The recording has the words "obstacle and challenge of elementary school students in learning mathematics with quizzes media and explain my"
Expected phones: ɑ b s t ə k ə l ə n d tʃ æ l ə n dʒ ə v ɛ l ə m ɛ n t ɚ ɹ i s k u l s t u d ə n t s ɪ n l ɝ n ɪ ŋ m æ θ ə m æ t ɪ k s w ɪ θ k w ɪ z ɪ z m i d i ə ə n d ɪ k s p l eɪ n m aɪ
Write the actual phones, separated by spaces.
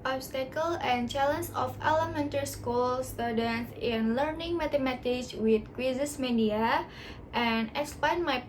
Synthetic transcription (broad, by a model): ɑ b s t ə k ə l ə n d tʃ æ l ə n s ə f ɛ l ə m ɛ n t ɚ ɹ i s k u l s t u d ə n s ɪ n l ɝ n ɪ ŋ m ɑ t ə m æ t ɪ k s w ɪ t k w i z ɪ s m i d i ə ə n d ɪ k s p eɪ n m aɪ